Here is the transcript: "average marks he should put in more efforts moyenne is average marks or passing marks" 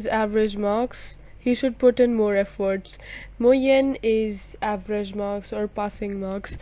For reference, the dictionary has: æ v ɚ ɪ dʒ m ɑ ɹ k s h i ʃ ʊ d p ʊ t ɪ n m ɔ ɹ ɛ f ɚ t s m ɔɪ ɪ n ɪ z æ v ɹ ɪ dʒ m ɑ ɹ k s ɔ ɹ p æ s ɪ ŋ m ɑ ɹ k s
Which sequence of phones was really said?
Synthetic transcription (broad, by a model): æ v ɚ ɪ dʒ m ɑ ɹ k s h i ʃ ʊ d p ʊ t ɪ n m ɔ ɹ ɛ f ɚ t s m ɔɪ ɪ n ɪ z æ v ɹ ɪ dʒ m ɑ ɹ k s ɔ ɹ p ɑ s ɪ ŋ m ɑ ɹ k s